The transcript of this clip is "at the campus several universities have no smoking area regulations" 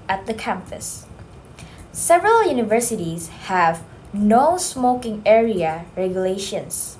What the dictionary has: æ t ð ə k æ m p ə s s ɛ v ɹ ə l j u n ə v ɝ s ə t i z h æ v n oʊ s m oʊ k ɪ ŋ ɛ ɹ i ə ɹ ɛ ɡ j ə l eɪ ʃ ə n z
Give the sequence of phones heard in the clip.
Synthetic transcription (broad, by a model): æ t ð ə k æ m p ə s s ɛ v ɹ ə l j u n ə v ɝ s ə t i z h æ v n oʊ s m oʊ k ɪ ŋ ɛ ɹ i ə ɹ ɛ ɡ j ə l eɪ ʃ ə n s